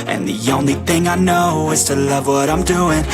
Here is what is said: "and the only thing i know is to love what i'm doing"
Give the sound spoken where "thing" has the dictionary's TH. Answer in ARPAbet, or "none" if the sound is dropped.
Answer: TH